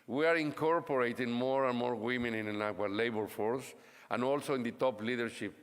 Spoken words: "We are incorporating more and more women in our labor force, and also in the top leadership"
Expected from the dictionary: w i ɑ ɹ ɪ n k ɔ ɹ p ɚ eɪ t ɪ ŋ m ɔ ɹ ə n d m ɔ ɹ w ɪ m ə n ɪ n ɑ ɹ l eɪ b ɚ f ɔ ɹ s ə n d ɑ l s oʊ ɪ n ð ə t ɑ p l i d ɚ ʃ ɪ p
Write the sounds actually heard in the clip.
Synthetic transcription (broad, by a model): w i ɑ ɹ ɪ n k ɔ ɹ p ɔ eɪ t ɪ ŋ m ɔ ɹ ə n m ɔ ɹ w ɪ m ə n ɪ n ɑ w l eɪ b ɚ f ɔ ɹ s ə n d ɑ l s oʊ ɪ n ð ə t ɑ p l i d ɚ ʃ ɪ p